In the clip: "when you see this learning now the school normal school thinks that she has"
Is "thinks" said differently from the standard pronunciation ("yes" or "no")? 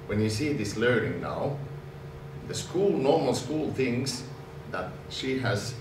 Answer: yes